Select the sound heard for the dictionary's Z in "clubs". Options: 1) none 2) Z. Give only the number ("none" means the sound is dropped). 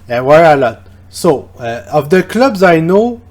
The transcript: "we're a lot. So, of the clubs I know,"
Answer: 2